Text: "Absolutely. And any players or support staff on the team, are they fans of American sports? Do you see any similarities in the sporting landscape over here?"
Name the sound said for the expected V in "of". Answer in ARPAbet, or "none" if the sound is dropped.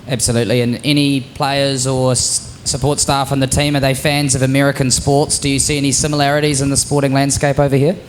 V